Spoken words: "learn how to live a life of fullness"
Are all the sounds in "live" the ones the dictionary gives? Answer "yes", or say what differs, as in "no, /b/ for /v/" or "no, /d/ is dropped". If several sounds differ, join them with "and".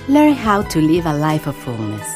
yes